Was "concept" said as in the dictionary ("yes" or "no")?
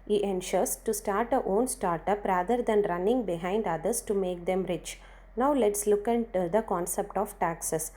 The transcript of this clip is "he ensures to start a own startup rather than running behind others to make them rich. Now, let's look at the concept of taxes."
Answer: yes